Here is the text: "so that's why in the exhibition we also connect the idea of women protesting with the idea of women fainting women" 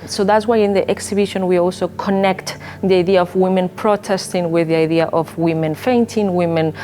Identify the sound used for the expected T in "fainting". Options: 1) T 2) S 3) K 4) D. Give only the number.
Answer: 1